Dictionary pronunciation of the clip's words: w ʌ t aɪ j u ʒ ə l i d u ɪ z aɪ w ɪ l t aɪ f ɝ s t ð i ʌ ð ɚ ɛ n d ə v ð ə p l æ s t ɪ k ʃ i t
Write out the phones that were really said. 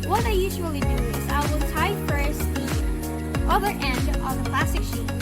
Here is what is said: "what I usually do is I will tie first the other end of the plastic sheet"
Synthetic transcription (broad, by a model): w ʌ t aɪ j u ʒ ə l i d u ɪ z aɪ w ɪ l t aɪ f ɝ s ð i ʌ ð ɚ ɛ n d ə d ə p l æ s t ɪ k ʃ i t